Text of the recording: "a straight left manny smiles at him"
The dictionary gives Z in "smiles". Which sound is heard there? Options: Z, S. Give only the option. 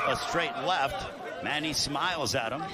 Z